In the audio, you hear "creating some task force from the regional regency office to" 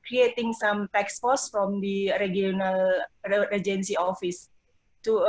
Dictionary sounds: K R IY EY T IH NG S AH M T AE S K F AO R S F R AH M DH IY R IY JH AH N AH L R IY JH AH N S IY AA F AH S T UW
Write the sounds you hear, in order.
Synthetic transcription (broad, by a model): K R IY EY T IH NG S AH M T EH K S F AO S F R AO M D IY R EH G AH N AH L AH JH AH N S IY AA F AH S T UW